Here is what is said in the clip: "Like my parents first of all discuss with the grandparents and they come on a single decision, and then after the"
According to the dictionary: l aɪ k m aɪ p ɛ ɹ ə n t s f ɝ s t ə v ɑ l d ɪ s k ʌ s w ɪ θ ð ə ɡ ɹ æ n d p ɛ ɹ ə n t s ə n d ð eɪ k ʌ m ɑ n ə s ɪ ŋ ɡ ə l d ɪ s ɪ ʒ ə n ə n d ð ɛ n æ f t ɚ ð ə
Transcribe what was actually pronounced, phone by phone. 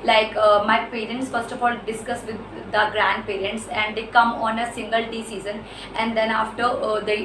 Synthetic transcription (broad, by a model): l aɪ k m aɪ p ɛ ɹ ə n t s f ɝ s t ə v ɑ l d ɪ s k ʌ s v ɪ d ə ɡ ɹ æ n d p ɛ ɹ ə n t s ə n d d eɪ k ʌ m ɑ n ə s ɪ ŋ ɡ ə l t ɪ s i z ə n ə n d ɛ n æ f t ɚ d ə